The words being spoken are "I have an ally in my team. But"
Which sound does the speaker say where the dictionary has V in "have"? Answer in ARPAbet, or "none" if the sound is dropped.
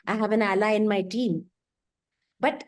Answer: B